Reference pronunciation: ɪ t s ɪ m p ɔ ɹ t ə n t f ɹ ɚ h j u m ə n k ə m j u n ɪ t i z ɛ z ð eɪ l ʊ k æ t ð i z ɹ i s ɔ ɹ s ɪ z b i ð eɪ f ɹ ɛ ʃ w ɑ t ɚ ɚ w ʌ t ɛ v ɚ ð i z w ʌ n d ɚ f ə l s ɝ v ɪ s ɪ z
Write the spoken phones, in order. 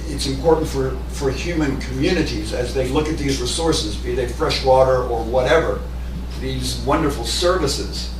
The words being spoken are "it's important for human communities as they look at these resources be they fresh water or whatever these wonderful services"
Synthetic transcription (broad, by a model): ɪ t s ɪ m p ɔ ɹ t n t f ɹ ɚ h j u m ə n k ə m j u n ɪ t i z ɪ z ð eɪ l ʊ k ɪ t ð i z ɹ i s ɔ ɹ s ɪ z b i ð eɪ f ɹ ɛ ʃ w ɑ t ɚ ɚ w ʌ t ɛ v ɚ ð i z w ʌ n d ɚ f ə l s ɝ v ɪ s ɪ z